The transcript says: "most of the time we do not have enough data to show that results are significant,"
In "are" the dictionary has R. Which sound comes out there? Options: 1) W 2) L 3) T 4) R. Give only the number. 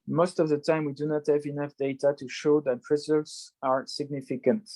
4